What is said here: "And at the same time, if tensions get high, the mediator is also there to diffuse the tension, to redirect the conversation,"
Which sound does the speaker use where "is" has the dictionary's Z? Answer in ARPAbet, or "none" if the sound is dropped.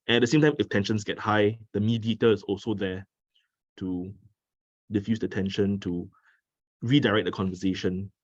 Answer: S